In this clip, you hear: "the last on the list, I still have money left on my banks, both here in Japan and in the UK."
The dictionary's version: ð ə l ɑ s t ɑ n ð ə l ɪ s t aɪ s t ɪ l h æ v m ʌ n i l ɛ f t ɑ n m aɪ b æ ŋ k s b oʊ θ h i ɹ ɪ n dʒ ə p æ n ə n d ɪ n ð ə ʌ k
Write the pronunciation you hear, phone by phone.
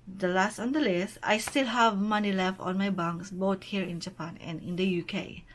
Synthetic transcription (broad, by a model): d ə l ɑ s t ɑ n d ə l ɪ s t aɪ s t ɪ l h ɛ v m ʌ n i l ɛ f t ɑ n m aɪ b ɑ ŋ k s b oʊ t h i ɹ ɪ n dʒ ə p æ n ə n ɪ n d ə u k